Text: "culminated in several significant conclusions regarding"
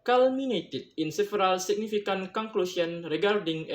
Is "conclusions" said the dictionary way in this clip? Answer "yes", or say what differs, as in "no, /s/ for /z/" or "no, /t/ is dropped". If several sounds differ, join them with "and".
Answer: no, /s/ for /ʒ/ and /z/ is dropped